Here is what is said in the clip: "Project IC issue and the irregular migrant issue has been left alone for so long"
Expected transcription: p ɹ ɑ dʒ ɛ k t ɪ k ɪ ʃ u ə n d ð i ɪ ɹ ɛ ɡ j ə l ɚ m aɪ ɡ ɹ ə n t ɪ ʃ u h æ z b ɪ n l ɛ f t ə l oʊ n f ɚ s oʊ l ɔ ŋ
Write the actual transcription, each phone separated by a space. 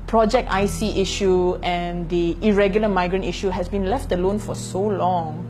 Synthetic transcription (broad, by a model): p ɹ ɑ dʒ ɛ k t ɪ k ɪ ʃ u ə n d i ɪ ɹ ɛ ɡ j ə l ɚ m aɪ ɡ ɹ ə n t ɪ ʃ u h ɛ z b ɪ n l ɛ f t ə l oʊ n f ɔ s oʊ l ɔ ŋ